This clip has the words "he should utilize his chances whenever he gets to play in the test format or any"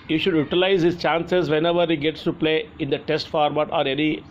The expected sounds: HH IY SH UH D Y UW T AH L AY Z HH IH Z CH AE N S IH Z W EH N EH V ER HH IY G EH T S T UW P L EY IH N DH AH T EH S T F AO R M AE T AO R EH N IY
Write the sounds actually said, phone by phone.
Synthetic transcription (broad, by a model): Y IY SH UH D Y UW T AH L AY Z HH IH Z CH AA N S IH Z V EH N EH V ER HH IY G EH T S T UW P L EY IH N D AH T EH S T F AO R M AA T AO R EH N IY